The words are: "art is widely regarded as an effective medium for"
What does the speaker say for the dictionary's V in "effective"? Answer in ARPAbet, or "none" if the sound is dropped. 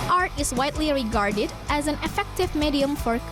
V